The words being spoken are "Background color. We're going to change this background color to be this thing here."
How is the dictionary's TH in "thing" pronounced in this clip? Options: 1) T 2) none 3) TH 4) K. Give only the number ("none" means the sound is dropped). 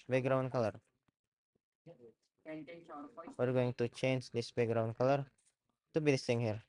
1